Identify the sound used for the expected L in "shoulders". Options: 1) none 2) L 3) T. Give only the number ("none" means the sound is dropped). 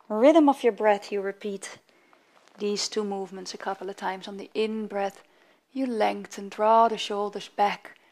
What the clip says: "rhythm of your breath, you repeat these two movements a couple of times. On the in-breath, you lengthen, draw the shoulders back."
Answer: 2